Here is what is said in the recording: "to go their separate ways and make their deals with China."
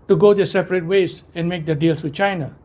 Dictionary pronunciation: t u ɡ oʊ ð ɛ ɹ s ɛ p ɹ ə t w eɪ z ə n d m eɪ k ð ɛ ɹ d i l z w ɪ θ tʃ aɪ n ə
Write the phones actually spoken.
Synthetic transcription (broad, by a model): t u ɡ oʊ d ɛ s ɛ p ɹ ə t w eɪ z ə n m eɪ k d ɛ d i l s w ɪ tʃ aɪ n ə